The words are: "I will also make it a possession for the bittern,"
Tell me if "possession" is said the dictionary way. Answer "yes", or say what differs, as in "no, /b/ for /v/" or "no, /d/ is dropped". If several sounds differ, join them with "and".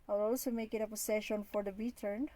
no, /s/ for /z/